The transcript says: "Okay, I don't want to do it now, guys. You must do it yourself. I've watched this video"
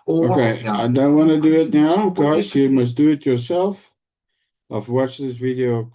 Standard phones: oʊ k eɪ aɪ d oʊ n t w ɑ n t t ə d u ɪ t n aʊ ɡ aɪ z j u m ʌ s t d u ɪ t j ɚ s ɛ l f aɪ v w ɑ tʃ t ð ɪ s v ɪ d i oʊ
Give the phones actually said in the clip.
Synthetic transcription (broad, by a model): oʊ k eɪ aɪ d oʊ n t w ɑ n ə d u ɪ t n aʊ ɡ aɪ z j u m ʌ s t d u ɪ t j ɚ s ɛ l f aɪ f w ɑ tʃ ð ɪ s v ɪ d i oʊ